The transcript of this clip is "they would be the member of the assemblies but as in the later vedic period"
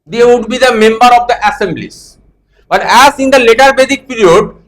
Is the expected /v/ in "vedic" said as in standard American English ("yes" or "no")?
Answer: no